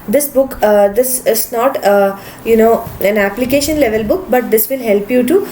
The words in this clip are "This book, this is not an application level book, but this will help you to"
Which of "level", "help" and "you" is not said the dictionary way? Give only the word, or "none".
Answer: none